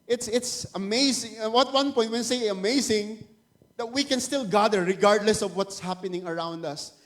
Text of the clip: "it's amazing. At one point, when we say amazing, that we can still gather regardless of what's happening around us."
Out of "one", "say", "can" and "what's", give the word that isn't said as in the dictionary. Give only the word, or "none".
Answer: none